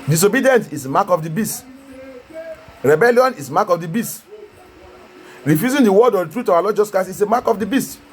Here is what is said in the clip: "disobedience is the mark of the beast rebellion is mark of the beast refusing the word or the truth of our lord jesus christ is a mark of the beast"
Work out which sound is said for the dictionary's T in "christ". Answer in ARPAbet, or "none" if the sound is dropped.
none